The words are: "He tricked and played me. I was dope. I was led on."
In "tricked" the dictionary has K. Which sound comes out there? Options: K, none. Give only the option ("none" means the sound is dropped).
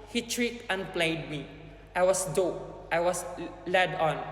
none